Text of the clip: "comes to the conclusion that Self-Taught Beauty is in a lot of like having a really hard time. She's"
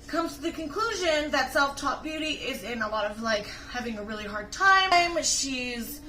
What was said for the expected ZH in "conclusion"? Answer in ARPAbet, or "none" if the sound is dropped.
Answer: ZH